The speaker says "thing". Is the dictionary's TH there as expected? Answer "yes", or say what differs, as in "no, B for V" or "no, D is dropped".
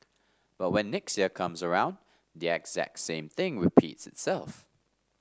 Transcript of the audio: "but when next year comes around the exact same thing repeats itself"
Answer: yes